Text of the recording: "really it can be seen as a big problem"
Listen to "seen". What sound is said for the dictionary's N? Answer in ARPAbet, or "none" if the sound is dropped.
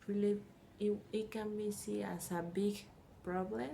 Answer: none